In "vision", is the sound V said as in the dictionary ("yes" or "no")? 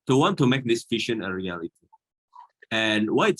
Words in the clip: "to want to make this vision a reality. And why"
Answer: no